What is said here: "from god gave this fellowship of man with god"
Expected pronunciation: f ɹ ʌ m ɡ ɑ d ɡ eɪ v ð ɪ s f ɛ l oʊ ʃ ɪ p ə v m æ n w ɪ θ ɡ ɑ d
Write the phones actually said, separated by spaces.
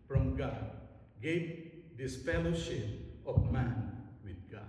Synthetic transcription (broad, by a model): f ɹ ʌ m ɡ ɑ d ɡ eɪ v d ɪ s p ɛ l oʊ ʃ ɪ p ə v m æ n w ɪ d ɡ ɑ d